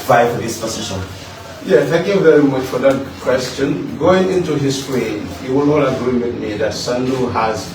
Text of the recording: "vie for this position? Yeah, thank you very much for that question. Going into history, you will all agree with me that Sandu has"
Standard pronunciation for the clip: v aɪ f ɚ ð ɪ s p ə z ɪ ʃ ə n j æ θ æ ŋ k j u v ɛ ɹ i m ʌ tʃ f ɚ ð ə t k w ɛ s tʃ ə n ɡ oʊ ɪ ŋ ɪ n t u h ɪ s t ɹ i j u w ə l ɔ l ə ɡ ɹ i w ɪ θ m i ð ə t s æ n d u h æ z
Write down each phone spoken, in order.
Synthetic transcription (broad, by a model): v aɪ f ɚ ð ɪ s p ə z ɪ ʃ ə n j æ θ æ ŋ k j u v ɛ ɹ i m ʌ tʃ f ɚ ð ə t k w ɛ s tʃ ə n ɡ oʊ ɪ ŋ ɪ n t u h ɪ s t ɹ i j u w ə n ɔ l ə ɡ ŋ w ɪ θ m i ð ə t s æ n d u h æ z